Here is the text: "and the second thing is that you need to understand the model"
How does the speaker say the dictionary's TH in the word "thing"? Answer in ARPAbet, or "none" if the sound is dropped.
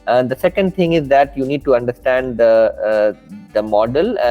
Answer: T